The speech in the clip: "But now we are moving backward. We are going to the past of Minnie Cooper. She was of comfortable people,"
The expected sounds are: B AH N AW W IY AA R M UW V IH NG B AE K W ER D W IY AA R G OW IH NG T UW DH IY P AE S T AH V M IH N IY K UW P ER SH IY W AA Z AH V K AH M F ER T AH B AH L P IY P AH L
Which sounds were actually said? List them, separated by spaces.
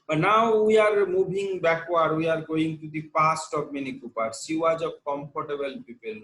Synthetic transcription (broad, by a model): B N AW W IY AA R M UW B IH NG B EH K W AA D W IY AA R G OW IH NG T UW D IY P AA S T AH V M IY N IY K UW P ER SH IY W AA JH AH B K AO M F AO T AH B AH L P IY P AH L